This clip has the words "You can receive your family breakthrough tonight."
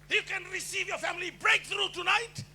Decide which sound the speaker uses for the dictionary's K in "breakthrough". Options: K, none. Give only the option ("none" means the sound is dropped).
K